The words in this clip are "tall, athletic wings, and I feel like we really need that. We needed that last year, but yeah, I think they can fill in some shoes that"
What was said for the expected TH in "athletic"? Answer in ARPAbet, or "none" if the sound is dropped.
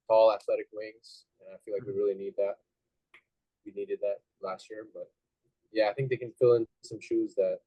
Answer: TH